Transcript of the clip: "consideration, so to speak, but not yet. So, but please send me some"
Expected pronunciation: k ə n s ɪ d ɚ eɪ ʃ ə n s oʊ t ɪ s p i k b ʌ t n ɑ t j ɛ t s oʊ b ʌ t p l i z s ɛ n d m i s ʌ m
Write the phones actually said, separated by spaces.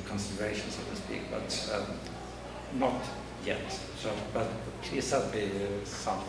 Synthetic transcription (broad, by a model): k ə n s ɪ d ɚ eɪ ʃ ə n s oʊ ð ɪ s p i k b ʌ t n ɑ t j ɛ t s oʊ b ʌ t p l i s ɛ d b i s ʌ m